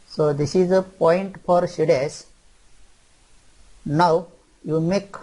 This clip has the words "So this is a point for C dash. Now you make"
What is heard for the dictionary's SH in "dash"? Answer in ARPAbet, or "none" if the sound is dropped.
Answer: S